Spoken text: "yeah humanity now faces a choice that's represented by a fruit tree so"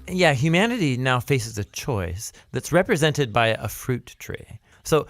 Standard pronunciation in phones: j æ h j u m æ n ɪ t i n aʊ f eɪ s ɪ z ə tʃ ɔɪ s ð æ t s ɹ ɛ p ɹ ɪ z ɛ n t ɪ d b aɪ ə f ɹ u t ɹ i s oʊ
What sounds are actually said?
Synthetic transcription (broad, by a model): j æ h j u m æ n ɪ t i n aʊ f eɪ s ɪ z ə tʃ ɔɪ s ð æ t s ɹ ɛ p ɹ ɪ z ɛ n t ɪ d b aɪ ə f ɹ u t ɹ i s oʊ